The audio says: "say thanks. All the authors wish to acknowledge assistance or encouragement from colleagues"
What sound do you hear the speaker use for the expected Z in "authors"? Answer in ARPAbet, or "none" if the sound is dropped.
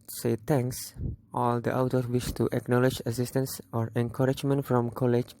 none